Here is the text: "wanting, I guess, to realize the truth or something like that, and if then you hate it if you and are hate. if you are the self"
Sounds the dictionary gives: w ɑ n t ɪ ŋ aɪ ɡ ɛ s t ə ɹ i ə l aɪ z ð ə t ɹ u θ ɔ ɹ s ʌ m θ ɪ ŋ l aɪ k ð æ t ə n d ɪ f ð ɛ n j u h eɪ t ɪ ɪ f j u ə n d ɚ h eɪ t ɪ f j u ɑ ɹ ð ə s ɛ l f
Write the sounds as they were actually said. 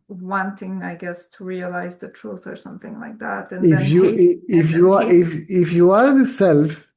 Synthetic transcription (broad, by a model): w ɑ n t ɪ ŋ aɪ ɡ ɛ s t ə ɹ i ə l aɪ z ð ə t ɹ u θ ɔ ɹ s ʌ m θ ɪ ŋ l aɪ k ð æ t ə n ɪ f j u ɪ ɪ f j u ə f ɪ f j u ɑ ɹ ð ə s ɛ l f